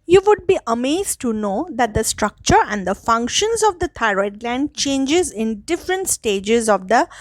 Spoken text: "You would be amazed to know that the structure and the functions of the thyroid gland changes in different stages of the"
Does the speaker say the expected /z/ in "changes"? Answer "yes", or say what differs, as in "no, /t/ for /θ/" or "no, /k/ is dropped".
yes